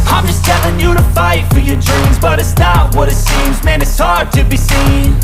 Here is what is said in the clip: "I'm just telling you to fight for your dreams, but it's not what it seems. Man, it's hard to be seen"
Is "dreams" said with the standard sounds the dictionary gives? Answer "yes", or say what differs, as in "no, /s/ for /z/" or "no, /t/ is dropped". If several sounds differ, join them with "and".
yes